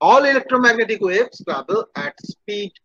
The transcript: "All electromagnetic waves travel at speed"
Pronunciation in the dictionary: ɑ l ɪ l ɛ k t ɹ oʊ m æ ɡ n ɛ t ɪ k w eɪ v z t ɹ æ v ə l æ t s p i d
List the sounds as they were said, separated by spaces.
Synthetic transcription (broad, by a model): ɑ l ɪ l ɛ k t ɹ oʊ m æ ɡ n ɛ t ɪ k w eɪ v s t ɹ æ b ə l æ t s p i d